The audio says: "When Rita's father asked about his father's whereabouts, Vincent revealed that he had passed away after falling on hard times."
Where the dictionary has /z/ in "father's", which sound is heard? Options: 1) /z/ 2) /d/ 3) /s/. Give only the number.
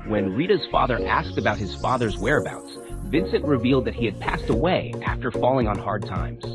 1